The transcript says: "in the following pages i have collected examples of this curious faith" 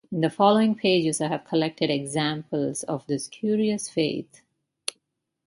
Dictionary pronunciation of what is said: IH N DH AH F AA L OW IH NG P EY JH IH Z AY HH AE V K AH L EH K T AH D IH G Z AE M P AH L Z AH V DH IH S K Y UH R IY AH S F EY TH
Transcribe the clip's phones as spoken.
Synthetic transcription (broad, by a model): IH N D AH F AA L OW IH NG P EY JH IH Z AY HH AE V K AH L EH K T AH D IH G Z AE M P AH L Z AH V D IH S K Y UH R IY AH S F EY T